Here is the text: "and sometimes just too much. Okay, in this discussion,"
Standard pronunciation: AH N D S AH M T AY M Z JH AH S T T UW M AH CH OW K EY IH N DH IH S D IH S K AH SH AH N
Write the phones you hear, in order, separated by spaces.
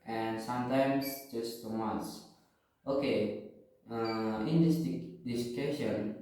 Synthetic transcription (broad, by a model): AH N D S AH M T AY M S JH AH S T T UW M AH S OW K EY IH N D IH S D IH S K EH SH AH N